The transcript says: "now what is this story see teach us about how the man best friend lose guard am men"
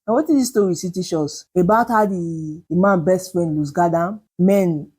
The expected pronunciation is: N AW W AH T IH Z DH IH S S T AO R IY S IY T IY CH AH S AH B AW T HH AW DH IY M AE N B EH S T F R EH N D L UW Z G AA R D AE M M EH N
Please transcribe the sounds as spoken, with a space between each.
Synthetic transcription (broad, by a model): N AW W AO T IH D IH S S T AO R IY S IY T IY SH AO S AH B AW T HH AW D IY M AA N B EH S T F R EH N D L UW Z G AA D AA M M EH N